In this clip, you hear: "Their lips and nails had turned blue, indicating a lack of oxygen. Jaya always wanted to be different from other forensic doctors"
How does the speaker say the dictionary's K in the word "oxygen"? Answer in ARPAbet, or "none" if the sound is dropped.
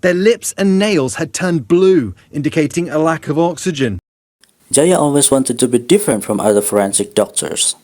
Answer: K